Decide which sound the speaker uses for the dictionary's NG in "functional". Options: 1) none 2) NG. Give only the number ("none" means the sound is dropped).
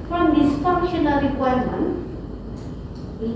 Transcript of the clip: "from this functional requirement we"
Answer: 1